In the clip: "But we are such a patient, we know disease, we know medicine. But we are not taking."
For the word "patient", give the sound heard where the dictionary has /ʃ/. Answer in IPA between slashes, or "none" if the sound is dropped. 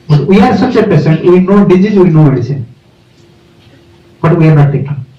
/s/